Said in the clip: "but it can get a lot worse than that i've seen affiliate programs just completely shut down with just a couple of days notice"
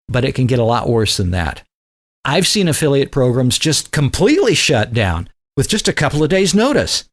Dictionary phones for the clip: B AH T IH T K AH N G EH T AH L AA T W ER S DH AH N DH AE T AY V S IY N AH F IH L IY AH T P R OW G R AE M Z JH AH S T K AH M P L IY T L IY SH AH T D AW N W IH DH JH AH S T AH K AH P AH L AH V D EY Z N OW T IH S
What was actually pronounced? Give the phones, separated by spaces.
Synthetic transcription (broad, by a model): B AH T IH T K AH N G EH T AH L AA T W ER S DH AH N DH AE T AY V S IY N AH F IH L IY AH T P R OW G R AE M Z JH AH S T K AH M P L IY T L IY SH AH T D AW N W IH DH JH AH S T AH K AH P L AH V D EY Z N OW T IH S